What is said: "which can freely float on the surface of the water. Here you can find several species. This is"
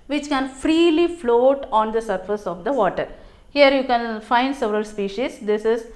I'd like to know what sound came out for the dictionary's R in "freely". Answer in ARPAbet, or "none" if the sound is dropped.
R